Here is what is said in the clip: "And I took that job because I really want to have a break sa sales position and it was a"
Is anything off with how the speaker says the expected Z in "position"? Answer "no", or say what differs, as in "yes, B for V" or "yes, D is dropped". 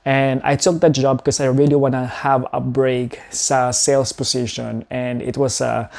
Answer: yes, S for Z